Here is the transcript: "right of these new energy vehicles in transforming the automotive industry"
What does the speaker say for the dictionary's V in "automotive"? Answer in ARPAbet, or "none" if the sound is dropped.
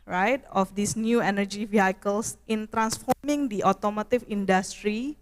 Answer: F